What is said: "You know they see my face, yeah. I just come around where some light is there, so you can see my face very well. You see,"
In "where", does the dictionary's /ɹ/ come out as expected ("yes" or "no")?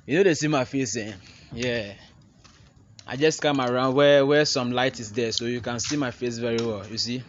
no